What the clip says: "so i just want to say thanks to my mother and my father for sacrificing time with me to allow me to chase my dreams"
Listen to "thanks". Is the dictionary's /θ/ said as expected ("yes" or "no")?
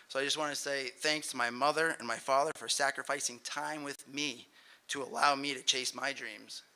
yes